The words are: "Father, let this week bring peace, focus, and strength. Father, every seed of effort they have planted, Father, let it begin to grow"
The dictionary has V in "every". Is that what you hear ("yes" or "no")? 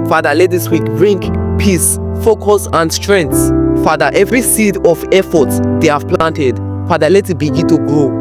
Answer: yes